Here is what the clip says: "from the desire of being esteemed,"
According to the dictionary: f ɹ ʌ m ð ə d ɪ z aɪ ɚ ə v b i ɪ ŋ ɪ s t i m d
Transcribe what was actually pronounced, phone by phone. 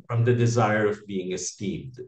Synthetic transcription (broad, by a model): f ɹ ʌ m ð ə d ɪ z aɪ ɚ ə v b i ɪ ŋ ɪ s t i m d